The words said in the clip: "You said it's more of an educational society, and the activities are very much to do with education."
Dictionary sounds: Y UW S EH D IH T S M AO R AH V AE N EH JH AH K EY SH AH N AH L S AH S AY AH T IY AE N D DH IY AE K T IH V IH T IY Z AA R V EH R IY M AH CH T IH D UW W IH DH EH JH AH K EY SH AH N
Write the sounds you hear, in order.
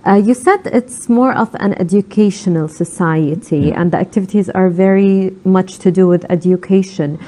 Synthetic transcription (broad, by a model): Y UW S EH D IH T S M AO R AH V AE N EH JH AH K EY SH AH N AH L S AH S AY AH T IY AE N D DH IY AE K T IH V IH T IY Z AA R V EH R IY M AH CH T IH D UW W IH DH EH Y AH K EY SH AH N